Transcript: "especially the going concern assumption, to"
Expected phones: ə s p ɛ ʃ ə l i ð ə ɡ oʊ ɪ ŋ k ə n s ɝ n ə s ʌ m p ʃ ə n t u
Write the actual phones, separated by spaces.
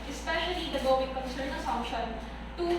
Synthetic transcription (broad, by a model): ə s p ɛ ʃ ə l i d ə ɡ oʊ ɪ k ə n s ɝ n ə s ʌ p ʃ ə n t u